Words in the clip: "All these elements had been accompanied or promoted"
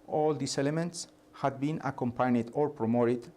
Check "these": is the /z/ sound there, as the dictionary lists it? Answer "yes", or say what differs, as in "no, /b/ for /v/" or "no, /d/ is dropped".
no, /s/ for /z/